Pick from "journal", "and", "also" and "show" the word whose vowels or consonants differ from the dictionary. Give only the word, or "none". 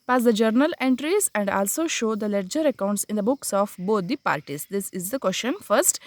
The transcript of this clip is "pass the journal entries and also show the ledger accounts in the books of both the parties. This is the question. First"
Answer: none